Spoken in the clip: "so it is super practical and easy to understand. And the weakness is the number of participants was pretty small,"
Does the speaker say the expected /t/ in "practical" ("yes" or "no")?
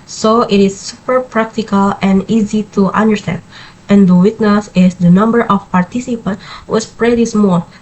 yes